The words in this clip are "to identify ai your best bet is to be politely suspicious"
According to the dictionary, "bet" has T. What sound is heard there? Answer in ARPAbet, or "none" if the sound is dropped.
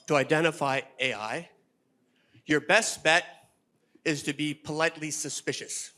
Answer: T